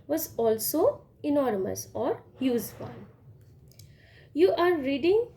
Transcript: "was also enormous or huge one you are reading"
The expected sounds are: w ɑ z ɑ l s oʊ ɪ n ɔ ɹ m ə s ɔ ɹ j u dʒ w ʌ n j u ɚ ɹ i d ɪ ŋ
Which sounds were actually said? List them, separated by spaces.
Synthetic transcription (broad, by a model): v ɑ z ɑ l s oʊ ɪ n ɔ ɹ m ə s ɔ ɹ j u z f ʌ l j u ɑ ɹ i d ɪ ŋ